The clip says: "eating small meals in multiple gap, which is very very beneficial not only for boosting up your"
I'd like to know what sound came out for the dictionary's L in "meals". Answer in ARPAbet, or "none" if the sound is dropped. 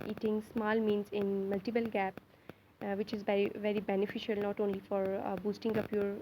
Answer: N